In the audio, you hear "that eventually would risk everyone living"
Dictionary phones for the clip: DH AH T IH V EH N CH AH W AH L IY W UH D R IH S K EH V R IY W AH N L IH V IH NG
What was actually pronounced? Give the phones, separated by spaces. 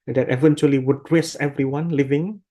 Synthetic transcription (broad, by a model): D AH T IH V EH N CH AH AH L IY W UH D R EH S EH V R IY W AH N L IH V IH NG